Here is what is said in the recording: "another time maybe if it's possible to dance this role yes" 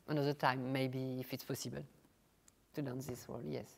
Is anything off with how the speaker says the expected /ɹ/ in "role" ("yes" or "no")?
yes